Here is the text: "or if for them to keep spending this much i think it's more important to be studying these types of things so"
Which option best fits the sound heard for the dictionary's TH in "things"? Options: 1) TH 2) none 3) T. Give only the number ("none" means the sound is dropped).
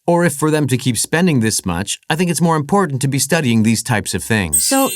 1